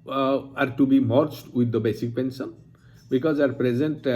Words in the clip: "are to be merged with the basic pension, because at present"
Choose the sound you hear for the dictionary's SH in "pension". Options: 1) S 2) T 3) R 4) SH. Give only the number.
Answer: 1